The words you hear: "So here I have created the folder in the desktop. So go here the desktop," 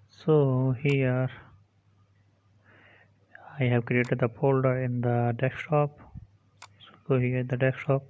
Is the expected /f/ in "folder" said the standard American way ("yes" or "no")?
no